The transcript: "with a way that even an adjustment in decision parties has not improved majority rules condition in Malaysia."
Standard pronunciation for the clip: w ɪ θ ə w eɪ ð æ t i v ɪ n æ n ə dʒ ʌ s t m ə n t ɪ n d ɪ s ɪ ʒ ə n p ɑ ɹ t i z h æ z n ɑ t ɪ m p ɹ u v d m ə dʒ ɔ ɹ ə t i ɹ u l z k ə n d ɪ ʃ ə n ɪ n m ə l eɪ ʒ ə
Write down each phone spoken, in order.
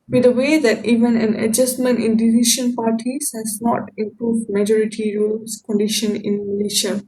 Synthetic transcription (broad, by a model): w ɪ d ə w eɪ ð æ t i v ɪ n æ n ə dʒ ʌ s t m ə n t ɪ n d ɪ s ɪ ʃ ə n p ɑ ɹ t i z h æ z n ɑ t ɪ m p ɹ u v d m ə dʒ ɔ ɹ ə t i ɹ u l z k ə n d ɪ ʃ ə n ɪ n m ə l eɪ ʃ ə